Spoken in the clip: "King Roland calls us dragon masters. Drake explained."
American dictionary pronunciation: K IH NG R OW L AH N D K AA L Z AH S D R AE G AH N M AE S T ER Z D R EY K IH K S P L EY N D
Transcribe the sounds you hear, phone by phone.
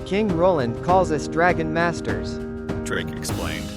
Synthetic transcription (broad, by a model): K IH NG R OW L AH N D K AA L Z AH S D R AE G AH N M AE S T ER Z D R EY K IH K S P L EY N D